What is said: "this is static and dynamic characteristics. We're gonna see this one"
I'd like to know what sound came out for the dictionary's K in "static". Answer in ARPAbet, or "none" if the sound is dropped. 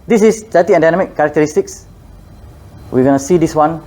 none